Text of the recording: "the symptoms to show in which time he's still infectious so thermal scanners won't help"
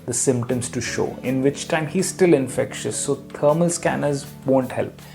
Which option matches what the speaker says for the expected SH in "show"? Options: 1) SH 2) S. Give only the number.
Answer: 1